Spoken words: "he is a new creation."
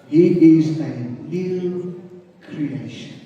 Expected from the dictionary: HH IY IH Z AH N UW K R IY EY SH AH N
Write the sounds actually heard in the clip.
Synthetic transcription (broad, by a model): HH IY IH Z AH L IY K R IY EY SH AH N